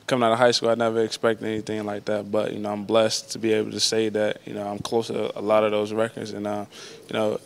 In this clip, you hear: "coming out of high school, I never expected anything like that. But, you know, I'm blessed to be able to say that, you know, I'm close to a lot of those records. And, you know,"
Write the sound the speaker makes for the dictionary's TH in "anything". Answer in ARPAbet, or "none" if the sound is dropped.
TH